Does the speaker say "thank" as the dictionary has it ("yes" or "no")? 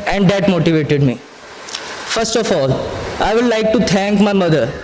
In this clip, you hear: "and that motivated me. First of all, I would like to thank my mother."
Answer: no